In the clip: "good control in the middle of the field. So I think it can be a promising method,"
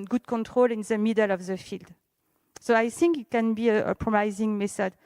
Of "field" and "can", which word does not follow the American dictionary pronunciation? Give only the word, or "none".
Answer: none